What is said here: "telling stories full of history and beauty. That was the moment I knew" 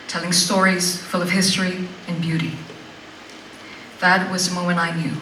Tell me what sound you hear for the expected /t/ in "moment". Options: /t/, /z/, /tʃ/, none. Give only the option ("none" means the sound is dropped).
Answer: none